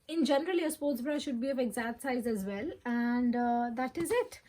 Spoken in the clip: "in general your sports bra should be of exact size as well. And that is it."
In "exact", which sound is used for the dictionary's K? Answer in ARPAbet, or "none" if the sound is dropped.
none